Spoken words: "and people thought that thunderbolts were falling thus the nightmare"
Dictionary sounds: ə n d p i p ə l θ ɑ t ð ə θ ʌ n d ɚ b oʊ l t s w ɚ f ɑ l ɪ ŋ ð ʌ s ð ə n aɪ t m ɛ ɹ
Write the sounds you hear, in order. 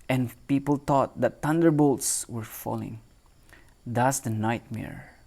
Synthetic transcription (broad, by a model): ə n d p i p ə l t ɑ t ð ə t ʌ n d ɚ b oʊ l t s w ɚ f ɑ l ɪ ŋ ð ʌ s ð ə n aɪ t m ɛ ɹ